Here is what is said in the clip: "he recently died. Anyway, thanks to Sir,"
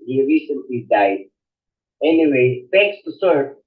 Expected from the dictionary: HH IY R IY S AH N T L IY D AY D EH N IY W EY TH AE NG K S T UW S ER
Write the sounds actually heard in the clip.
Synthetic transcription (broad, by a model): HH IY R IY S AH N T L IY D AY D EH N IY W EY F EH K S T UW S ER